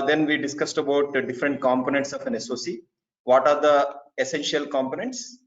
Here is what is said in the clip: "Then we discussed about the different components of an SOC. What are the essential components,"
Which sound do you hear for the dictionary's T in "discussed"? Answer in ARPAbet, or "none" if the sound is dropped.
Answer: T